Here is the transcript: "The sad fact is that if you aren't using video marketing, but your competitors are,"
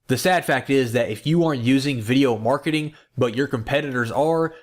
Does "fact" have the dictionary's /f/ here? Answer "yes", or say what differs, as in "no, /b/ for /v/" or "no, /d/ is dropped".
yes